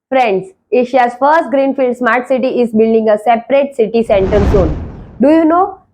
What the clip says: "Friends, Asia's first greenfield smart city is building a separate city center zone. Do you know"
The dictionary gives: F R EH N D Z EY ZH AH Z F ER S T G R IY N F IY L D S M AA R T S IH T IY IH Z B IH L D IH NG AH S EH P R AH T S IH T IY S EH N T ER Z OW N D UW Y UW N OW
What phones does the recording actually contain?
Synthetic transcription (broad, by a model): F R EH N D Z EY SH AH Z F ER S T G R IY N F IY L D S M AA R T S IH T IY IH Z B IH L D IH NG AH S EH P R AH T S IH T IY S EH N T ER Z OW N D UW Y UW N OW